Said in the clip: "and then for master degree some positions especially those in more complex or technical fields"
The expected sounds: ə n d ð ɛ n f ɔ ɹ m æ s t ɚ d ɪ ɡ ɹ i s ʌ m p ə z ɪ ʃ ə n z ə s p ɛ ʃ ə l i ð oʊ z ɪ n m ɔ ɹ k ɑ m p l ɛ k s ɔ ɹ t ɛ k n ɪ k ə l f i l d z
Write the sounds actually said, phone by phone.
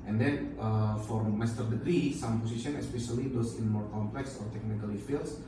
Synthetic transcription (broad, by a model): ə n d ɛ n f ɔ ɹ m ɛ s t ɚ d ɪ ɡ ɹ i s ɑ m p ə s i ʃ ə n ə s p ɛ ʃ ə l i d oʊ s ɪ n m ɔ ɹ k ɑ m p l ɛ k s ɔ ɹ t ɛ k n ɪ k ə l f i l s